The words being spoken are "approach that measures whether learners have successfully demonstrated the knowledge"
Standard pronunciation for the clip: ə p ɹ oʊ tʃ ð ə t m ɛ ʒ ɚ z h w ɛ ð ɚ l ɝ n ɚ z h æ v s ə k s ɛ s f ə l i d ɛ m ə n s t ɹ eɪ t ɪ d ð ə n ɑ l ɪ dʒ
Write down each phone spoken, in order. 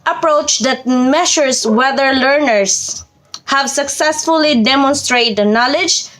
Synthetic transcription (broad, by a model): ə p ɹ oʊ tʃ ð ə t m ɛ ʃ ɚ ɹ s w ɛ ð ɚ l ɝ n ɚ s h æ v s ə k s ɛ s f ə l i d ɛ m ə n s t ɹ eɪ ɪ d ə n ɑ l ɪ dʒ